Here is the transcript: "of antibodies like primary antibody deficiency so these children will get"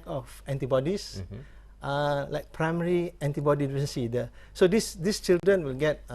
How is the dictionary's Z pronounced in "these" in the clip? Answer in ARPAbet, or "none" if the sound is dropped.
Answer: S